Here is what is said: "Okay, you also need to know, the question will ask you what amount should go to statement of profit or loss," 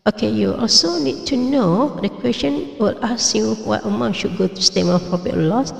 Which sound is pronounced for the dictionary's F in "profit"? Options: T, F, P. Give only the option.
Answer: P